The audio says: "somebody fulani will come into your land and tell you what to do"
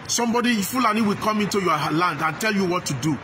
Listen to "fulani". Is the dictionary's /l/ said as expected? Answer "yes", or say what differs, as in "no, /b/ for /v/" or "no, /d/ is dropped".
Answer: yes